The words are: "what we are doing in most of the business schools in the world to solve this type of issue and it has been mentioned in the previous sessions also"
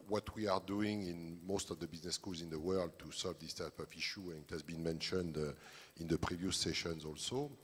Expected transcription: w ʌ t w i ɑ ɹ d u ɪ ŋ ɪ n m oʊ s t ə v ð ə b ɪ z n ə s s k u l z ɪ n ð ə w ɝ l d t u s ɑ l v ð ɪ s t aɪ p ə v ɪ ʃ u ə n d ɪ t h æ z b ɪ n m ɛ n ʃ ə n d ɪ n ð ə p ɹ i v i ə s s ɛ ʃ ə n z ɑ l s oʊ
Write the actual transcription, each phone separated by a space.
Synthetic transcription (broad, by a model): w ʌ t w i ɑ ɹ d u ɪ ŋ ɪ n m oʊ s t ə v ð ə b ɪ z n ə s s k u l z ɪ n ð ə w ɝ l d t u s ɑ l v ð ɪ s t aɪ p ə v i ʃ u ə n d ɪ t h æ z b ɪ n m ɛ n ʃ ə n d ɪ n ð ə p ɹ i v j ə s s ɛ ʃ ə n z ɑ l s oʊ